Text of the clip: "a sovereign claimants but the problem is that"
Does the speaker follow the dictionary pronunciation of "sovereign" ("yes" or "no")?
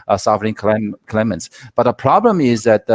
no